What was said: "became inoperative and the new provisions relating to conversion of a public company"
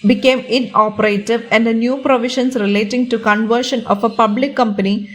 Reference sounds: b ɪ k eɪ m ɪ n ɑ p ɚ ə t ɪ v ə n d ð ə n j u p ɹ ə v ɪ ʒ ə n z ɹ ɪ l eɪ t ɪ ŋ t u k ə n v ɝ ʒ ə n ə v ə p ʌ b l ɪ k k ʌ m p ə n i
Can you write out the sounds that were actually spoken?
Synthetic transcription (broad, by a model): b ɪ k eɪ m ɪ n ɑ p ɚ ə t ɪ v ə n d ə n j u p ɹ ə v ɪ ʃ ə n s ɹ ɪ l eɪ t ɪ ŋ t u k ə n v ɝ ʃ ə n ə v ə p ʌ b l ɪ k k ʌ m p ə n i